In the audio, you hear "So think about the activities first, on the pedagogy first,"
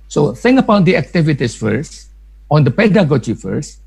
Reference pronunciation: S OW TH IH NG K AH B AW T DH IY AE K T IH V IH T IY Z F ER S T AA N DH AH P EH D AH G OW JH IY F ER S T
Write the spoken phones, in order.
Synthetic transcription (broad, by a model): S OW S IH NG AH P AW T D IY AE K T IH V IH T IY S F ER S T AA N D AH P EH D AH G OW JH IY F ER S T